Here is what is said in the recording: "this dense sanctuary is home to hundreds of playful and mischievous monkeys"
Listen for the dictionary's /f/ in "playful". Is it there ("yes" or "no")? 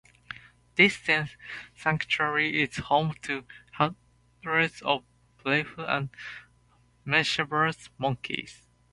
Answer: no